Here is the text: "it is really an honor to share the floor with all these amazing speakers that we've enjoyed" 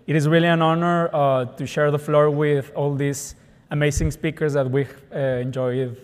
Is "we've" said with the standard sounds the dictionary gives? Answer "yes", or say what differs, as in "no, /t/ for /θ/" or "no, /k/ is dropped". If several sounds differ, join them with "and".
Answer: no, /v/ is dropped